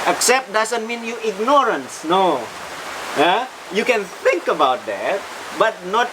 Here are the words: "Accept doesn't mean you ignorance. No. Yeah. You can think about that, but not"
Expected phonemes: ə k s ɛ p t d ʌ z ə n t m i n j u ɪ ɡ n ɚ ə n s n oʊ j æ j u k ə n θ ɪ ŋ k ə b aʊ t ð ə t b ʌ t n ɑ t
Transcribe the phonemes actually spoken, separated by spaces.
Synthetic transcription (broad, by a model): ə k s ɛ p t d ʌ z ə n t m i n j u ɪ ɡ n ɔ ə n s n oʊ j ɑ j u k ə n θ ɪ ŋ k ə b aʊ t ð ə t b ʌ t n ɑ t